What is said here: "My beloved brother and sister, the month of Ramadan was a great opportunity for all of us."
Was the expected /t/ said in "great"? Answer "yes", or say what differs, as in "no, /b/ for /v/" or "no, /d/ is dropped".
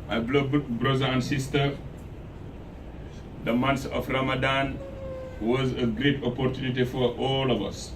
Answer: yes